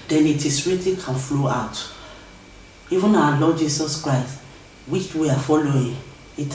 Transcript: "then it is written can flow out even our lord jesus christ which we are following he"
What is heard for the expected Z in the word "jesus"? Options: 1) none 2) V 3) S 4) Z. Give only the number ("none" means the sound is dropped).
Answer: 3